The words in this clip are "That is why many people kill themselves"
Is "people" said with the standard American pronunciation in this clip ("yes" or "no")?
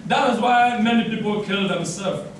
yes